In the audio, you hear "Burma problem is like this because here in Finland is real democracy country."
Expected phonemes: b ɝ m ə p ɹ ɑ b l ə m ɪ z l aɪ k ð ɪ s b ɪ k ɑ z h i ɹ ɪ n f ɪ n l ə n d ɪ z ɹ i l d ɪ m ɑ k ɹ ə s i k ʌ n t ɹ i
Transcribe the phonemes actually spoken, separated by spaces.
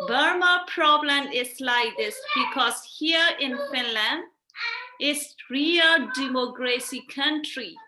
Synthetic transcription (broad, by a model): b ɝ m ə p ɹ ɑ b l ə m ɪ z l aɪ k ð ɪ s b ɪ k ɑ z h i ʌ ɪ n f ɪ n l ə n d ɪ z ɹ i l d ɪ m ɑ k ɹ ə s i k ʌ n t ɹ i